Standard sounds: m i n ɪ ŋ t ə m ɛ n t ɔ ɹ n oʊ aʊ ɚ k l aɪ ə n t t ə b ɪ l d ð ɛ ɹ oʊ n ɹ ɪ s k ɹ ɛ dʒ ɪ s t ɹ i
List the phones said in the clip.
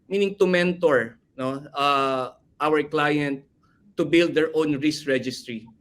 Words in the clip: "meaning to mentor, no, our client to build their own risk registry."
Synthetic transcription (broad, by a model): m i n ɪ ŋ t ə m ɛ n t ɔ ɹ n oʊ aʊ ɚ k l aɪ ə n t t ə b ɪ l d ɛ ɹ oʊ n ɹ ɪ s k ɹ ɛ dʒ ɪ s t ɹ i